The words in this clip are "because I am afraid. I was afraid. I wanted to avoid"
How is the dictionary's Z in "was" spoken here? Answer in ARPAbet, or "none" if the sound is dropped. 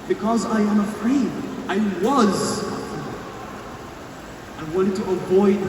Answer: Z